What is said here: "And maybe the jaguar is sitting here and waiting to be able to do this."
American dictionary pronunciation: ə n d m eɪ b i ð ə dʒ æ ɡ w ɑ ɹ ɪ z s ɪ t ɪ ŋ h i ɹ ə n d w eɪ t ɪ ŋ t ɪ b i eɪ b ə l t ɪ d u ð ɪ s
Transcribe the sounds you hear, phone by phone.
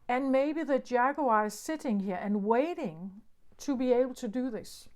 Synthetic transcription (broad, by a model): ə n m eɪ b i ð ə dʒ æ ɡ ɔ ɪ z s ɪ t ɪ ŋ h i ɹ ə n w eɪ t ɪ ŋ t ɪ b i eɪ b l t ɪ d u ð ɪ s